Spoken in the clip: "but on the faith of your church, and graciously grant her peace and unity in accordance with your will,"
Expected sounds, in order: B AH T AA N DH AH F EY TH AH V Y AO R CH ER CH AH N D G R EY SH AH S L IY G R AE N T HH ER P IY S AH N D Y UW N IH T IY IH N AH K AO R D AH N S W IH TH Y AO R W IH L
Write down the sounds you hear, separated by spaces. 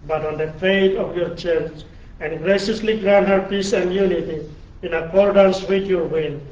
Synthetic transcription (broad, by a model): B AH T AA N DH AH F EY T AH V Y AO R CH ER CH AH N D G R EY SH AH S L IY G R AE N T HH ER P IY S AH N D Y UW N IH T IY IH N AH K AO R D AH N S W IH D Y AO R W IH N